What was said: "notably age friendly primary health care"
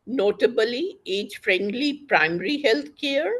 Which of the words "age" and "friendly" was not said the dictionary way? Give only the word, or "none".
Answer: none